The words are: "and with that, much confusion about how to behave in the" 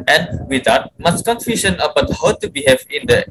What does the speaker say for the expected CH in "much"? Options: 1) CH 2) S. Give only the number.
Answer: 2